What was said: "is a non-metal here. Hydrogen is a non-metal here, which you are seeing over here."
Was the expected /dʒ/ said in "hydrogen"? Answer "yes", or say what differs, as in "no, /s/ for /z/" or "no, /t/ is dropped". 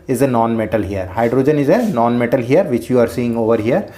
yes